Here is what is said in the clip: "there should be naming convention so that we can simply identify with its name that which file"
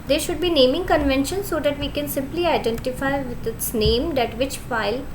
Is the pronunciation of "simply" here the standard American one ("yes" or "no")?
yes